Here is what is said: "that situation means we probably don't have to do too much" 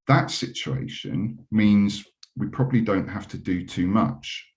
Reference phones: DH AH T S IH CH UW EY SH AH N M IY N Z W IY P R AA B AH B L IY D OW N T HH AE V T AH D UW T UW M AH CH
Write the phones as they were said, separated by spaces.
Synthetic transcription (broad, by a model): DH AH T S IH CH UW EY SH AH N M IY N Z W IY P R AA B AH B L IY D OW N T HH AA F T AH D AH T UW M AH CH